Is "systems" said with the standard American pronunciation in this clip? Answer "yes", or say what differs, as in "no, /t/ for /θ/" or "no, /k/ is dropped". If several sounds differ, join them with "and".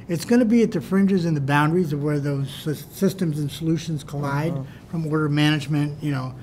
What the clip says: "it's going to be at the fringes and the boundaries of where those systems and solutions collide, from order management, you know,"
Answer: yes